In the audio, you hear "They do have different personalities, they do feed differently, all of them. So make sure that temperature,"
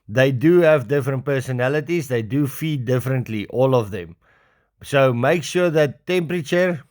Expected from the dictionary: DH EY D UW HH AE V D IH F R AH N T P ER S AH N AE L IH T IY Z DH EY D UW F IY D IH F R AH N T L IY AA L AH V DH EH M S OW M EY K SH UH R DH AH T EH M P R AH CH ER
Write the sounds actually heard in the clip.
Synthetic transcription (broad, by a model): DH EY D UW HH AE V D IH F R AH N T P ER S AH N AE L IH T IY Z DH EY D UW F IY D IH F R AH N T L IY AA L AH V DH EH M S OW M EY K SH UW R DH AH T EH M P R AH CH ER